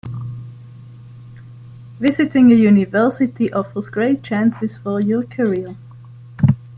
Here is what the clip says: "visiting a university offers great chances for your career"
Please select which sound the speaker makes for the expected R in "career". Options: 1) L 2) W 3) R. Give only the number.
1